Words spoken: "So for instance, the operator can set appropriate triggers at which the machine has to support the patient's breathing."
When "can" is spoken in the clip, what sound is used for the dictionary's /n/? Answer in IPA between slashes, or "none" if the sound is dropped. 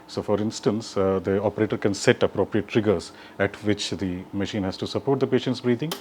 /n/